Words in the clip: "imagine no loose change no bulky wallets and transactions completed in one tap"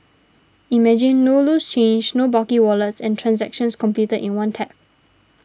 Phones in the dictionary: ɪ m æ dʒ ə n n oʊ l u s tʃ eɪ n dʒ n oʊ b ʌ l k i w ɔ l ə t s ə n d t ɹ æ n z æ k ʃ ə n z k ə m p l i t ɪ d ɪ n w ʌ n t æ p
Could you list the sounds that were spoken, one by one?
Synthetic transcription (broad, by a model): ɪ m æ dʒ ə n n oʊ l u s tʃ eɪ n dʒ n oʊ b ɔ k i w ɔ l ə t s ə n t ɹ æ n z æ k ʃ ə n s k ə m p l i t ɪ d ɪ n w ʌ n t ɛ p